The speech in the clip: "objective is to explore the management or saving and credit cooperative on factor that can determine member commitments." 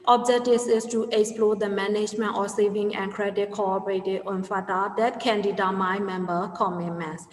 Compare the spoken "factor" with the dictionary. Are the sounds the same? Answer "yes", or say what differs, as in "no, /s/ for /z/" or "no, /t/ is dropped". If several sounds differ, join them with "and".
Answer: no, /k/ is dropped